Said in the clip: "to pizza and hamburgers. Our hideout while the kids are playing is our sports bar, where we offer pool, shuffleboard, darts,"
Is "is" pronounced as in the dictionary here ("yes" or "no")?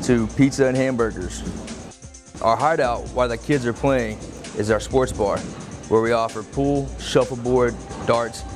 yes